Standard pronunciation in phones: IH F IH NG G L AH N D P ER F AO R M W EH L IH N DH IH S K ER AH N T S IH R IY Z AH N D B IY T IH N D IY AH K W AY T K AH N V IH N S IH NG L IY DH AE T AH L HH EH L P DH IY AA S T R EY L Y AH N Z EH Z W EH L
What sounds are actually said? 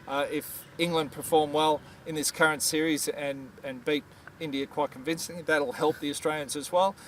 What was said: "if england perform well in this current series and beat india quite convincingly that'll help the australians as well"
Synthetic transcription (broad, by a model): IH F IH NG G L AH N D P ER F AO R M W EH L IH N DH IH S K ER AH N T S IH R IY Z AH N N B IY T IH N D IY AH K W AY T K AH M V IH N S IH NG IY DH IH T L HH EH L P DH IY AA S T R EY L Y AH N Z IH Z W EH L